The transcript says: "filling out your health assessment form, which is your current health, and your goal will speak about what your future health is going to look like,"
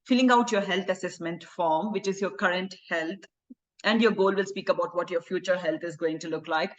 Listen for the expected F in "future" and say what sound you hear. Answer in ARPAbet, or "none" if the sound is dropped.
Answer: F